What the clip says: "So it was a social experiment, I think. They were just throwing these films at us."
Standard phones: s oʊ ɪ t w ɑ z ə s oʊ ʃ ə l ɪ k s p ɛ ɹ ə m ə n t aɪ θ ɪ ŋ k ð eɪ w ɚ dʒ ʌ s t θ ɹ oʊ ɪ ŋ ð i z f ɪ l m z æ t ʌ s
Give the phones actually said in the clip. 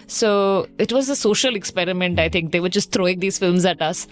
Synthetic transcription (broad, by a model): s oʊ ɪ t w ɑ z ə s oʊ ʃ ə l ɪ k s p ɛ ɹ ə m ə n t aɪ t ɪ ŋ k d eɪ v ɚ dʒ ʌ s t t ɹ oʊ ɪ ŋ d i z f ɪ l m z æ t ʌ s